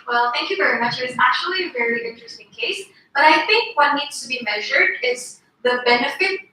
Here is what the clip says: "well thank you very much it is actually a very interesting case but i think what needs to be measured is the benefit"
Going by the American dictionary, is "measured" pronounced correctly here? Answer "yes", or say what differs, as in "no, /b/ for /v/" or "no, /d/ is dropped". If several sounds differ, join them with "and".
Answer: yes